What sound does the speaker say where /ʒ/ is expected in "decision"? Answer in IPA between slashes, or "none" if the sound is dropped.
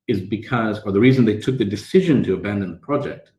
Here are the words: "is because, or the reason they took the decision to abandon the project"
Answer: /ʒ/